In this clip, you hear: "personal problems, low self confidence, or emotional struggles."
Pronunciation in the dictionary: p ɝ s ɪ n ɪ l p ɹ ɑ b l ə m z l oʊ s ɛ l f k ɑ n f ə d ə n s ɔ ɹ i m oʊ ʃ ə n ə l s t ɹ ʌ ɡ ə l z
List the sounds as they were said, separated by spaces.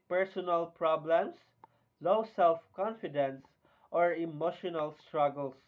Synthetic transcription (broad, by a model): p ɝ s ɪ n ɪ l p ɹ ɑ b l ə m s l oʊ s ɛ l f k ɑ n f ə d ə n s ɔ ɹ i m oʊ ʃ ə n ə l s t ɹ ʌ ɡ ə l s